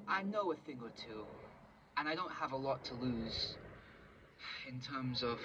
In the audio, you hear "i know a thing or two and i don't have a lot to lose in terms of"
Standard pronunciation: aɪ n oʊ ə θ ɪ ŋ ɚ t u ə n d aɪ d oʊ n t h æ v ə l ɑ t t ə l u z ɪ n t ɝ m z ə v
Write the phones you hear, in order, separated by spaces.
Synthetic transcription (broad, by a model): aɪ n oʊ ə θ ɪ ŋ ɚ t u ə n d aɪ d oʊ n t h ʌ v ə l ɑ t t ə l u z ɪ n t ɝ m z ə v